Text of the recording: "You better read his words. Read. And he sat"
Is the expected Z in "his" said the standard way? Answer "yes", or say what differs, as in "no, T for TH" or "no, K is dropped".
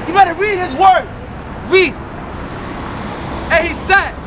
yes